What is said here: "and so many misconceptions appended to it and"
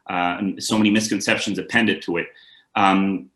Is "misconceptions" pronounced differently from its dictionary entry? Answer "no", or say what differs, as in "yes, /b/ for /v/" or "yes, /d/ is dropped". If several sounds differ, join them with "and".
no